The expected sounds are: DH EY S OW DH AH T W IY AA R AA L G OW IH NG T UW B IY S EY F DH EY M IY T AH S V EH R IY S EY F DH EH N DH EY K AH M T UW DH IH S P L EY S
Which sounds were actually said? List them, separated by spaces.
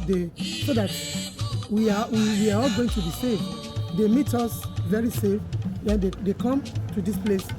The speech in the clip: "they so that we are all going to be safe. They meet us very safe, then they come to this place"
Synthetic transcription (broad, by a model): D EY S OW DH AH T W IY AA W AA L G OW IH NG T UW B IY S EY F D EY M IY T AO S V EH R IY S EY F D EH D EY K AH M T UW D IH S P L EY S